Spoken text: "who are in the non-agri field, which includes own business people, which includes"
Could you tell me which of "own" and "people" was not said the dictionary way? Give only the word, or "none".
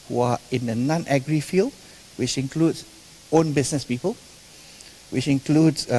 none